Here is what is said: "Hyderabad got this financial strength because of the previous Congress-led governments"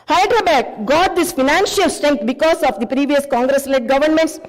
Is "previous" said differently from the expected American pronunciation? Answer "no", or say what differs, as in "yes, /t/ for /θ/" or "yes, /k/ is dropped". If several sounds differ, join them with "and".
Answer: no